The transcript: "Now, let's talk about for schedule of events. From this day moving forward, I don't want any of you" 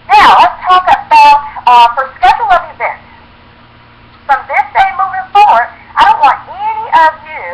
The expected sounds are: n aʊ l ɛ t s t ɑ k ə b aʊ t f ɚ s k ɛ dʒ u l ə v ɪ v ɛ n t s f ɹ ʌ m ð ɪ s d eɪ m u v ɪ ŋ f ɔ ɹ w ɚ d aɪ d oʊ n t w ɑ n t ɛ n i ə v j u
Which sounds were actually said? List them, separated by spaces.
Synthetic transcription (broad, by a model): n aʊ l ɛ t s t ɑ k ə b aʊ t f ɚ s k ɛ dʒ l ə v ɪ v ɛ n t s f ɹ ʌ m ð ɪ s d eɪ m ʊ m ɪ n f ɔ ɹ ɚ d aɪ d oʊ n t w ɑ n t ɛ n i ə v j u